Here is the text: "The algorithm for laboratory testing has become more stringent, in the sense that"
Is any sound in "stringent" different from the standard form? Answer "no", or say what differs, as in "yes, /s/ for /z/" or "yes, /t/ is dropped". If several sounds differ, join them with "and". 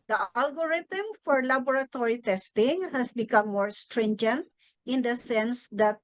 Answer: no